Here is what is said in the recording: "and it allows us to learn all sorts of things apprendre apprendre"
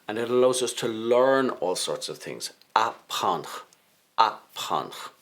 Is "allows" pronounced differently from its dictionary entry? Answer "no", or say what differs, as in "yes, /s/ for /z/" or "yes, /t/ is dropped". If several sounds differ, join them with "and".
no